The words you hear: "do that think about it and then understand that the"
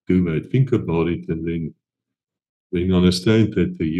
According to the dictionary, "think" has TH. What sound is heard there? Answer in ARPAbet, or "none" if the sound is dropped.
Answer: F